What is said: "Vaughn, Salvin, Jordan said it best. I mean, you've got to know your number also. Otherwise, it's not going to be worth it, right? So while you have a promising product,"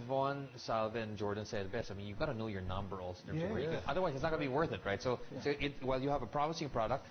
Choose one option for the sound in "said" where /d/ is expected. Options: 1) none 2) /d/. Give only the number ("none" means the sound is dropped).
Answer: 1